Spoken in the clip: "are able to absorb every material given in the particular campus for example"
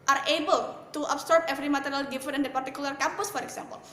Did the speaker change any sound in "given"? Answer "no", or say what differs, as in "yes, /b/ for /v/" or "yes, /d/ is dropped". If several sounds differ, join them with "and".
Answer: yes, /f/ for /v/